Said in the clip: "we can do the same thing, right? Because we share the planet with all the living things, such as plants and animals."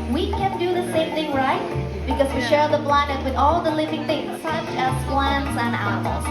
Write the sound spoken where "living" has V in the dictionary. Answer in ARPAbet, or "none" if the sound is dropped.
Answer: V